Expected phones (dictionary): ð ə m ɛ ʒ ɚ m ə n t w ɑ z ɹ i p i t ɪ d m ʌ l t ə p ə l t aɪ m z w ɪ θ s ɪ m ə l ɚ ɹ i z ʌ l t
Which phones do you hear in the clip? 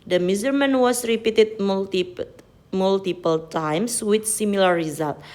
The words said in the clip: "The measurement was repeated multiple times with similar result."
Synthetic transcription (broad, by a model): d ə m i z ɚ m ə n w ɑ s ɹ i p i t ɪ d m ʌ l t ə p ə l t aɪ m s w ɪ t s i m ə l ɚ ɹ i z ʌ l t